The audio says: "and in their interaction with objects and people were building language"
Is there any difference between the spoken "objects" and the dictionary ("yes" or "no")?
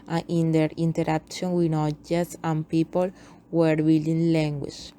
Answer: yes